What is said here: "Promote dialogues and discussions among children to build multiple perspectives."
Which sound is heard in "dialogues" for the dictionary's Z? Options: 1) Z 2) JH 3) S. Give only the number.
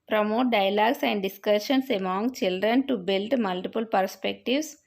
3